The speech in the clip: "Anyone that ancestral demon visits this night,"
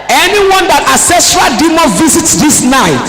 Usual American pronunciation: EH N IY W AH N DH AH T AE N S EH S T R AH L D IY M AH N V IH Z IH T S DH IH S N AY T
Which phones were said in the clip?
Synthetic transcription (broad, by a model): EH N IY W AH N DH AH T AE S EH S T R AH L D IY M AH V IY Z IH T S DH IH S N AY T